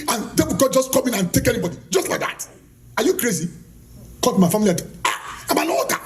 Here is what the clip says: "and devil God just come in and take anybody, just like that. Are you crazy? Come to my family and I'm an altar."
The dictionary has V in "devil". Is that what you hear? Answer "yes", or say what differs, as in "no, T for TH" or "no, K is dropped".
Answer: no, B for V